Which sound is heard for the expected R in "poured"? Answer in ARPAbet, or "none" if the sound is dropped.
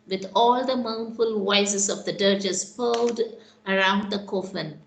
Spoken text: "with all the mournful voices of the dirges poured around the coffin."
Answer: L